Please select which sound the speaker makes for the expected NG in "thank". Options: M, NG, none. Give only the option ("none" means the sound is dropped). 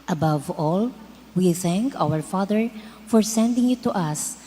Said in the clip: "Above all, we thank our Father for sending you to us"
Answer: NG